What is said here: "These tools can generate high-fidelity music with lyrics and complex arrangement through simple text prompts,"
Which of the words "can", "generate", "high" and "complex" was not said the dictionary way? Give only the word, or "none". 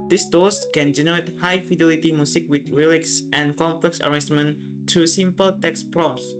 none